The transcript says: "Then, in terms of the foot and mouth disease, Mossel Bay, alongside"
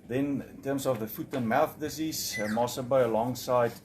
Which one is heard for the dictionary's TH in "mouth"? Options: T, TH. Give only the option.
TH